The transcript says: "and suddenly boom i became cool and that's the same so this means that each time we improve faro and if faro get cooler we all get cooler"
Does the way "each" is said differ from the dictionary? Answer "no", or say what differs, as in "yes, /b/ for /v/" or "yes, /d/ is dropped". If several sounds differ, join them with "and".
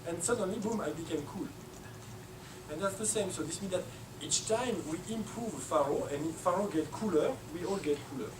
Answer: no